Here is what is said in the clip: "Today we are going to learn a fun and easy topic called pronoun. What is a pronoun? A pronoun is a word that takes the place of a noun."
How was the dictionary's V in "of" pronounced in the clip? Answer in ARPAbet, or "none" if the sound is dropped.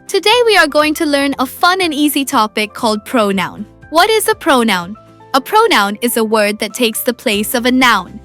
V